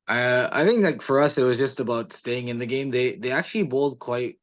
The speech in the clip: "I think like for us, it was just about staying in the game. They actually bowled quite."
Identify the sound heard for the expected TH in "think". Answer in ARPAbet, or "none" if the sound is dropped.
TH